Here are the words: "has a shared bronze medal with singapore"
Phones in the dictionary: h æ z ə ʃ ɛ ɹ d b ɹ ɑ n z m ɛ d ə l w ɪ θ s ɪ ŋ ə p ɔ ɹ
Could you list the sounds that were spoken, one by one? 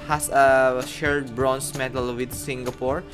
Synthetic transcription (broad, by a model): h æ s ə ʃ ɛ ɹ d b ɹ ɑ n s m ɛ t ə l w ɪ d s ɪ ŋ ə p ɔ ɹ